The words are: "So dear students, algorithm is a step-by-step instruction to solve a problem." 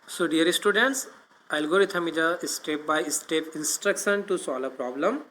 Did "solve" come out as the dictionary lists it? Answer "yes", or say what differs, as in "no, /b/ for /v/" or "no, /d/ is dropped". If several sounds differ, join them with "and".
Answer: no, /v/ is dropped